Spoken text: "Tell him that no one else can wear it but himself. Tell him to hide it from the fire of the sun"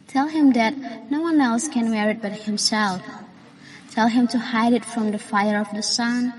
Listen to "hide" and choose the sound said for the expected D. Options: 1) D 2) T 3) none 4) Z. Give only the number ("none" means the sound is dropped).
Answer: 1